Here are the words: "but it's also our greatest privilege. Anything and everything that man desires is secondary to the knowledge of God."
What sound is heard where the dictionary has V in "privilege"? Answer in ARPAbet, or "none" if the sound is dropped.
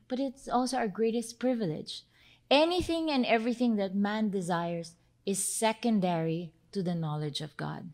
V